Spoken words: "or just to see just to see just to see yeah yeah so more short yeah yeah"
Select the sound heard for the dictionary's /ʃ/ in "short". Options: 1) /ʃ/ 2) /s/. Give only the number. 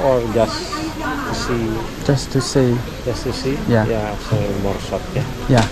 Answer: 2